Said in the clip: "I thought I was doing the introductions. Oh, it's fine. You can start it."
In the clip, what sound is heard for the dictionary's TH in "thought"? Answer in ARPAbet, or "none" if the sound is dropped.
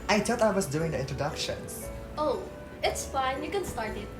T